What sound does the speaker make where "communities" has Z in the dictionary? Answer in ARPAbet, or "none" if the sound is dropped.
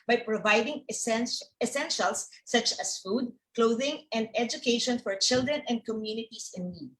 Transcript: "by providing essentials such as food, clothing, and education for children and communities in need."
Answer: S